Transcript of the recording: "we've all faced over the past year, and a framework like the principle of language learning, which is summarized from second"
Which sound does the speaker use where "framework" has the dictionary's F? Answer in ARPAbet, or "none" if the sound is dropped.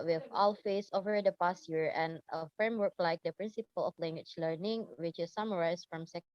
F